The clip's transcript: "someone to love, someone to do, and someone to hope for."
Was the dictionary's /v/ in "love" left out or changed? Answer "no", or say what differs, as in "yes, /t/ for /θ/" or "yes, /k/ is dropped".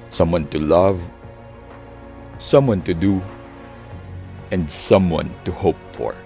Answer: no